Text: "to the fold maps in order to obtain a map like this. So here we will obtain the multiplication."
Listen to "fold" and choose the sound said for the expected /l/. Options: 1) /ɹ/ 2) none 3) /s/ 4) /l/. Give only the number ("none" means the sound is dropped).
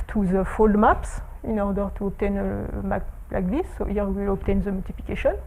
4